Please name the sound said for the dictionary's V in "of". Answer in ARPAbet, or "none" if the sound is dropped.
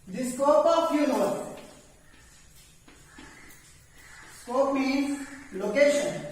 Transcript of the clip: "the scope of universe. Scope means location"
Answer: P